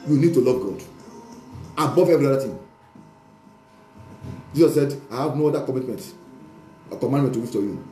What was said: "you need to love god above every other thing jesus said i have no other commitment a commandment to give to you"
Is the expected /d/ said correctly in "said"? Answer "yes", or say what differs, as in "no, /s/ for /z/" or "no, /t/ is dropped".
yes